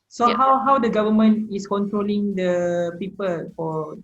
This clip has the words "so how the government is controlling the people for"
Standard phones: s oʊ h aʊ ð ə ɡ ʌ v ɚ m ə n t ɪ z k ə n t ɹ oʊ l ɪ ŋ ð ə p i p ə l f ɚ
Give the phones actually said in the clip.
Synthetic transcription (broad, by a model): s oʊ h aʊ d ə ɡ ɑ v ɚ m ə n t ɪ s k ə n t ɹ oʊ l ɪ ŋ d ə p i p ə l f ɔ